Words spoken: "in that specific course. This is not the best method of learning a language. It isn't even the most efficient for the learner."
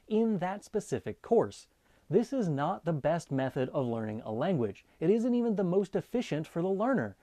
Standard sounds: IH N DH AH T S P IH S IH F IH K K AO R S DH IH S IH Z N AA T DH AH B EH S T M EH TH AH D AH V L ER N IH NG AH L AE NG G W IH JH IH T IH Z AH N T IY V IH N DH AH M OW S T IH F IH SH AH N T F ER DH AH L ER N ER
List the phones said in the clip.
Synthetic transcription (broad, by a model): IH N DH AH T S P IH S IH F IH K K AO R S DH IH S IH Z N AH T DH AH B EH S T M EH TH AH D AH V L ER N IH NG AH L AE NG G W IH JH IH T IH Z AH N T IY V IH N DH AH M OW S T IH F IH SH AH N T F ER DH AH L ER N ER